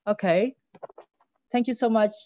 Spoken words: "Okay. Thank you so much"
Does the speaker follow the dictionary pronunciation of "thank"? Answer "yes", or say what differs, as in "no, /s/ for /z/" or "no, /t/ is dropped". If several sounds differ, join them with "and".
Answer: yes